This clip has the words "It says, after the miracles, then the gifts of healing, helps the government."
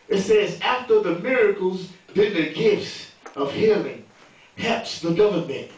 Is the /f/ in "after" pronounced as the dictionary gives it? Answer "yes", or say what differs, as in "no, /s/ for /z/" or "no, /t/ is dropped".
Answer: yes